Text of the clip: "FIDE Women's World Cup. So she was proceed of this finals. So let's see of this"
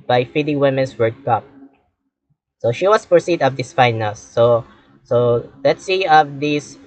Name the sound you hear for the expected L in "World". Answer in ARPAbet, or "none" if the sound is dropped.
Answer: none